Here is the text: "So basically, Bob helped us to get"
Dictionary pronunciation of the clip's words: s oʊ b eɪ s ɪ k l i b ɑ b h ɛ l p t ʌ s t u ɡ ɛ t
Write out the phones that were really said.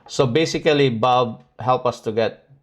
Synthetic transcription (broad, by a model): s oʊ b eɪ s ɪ k l i b ɑ b h ɛ l p ʌ s t u ɡ ɛ t